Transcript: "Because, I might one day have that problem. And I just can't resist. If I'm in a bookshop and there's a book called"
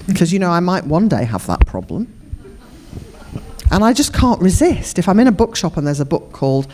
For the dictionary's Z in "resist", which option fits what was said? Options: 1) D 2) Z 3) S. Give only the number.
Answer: 2